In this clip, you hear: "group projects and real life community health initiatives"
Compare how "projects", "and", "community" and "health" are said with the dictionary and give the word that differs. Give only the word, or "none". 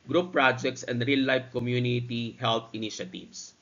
health